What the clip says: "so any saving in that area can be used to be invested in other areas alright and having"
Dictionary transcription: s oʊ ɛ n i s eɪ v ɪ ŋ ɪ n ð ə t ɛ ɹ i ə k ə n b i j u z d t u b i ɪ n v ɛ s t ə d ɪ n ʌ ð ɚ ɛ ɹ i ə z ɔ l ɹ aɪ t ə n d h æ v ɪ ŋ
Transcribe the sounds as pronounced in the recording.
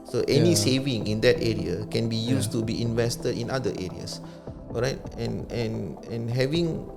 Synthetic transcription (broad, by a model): s oʊ ɛ n i s eɪ v ɪ ŋ ɪ n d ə t ɛ ɹ i ə k ə n b i j u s t u b i ɪ n v ɛ s t ə d ɪ n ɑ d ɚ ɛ ɹ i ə s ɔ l ɹ aɪ t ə n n h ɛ v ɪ ŋ